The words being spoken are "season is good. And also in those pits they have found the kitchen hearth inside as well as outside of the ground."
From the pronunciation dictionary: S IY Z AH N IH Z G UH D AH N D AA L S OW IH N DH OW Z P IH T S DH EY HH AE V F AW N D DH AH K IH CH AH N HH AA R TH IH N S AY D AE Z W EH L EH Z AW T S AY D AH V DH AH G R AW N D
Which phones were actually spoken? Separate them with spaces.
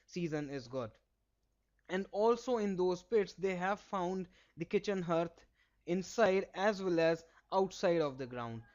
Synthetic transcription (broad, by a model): S IY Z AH N IH Z G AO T AH N D AA L S OW IH N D OW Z P IH T S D EY HH AE V F AW N D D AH K IH CH AH N HH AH R T IH N S AY D AE Z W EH L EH Z AW T S AY D AH V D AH G R AW N D